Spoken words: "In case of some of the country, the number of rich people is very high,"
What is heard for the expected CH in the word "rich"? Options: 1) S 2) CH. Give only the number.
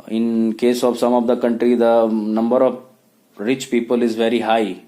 2